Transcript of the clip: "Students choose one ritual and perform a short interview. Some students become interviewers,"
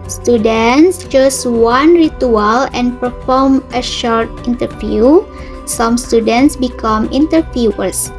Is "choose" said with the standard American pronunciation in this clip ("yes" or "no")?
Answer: no